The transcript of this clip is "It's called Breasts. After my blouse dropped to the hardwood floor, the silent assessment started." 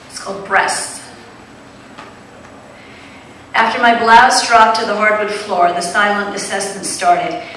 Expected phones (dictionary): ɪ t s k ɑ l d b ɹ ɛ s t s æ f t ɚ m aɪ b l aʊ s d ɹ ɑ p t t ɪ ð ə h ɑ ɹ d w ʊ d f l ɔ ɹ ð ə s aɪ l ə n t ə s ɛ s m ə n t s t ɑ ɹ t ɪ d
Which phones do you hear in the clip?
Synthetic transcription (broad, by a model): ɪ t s k ɑ l d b ɹ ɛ s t æ f t ɚ m aɪ b l aʊ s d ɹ ɑ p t t ɪ ð ə h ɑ ɹ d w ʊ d f l ɔ ɹ ð ə s aɪ l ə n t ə s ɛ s ə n s t ɑ ɹ t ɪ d